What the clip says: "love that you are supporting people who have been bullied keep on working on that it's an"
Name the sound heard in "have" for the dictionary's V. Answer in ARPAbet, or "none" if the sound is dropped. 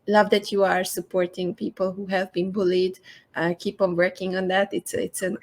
V